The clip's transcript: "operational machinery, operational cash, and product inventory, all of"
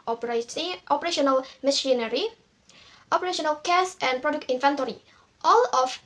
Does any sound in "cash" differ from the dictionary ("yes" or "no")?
yes